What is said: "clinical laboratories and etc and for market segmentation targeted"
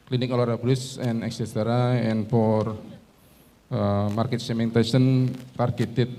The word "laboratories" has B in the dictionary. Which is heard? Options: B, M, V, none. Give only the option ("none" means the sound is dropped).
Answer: none